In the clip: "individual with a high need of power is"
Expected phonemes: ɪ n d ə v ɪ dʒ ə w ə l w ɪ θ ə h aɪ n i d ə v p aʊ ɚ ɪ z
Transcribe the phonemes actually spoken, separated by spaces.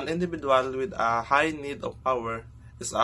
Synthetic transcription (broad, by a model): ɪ n d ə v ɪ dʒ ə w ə l w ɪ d ə h aɪ n i d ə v p aʊ ɚ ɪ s